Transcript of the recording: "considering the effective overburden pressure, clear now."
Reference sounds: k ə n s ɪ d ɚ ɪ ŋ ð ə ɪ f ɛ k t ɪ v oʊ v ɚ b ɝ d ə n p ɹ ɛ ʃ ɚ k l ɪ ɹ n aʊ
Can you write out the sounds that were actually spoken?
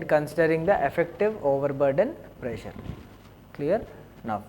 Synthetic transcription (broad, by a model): k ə n s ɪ d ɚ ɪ ŋ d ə ɪ f ɛ k t ɪ v oʊ v ɚ b ɝ d ə n p ɹ ɛ ʃ ɚ k l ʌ ɹ n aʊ